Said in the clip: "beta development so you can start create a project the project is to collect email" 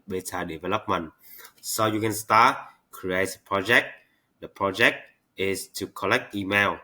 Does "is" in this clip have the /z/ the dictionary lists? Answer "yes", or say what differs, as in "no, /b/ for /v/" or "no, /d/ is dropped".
no, /s/ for /z/